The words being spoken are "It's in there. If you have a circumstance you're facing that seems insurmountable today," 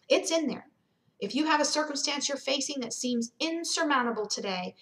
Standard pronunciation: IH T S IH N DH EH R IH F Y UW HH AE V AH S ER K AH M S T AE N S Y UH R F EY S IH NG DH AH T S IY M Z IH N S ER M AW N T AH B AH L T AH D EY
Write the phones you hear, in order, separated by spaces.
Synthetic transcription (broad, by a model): IH T S IH N DH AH R IH F Y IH V AH S ER K AH M S T AE N S Y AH R F EY S IH NG DH AH T S IY M Z IH N S ER M AW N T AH B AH L T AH D EY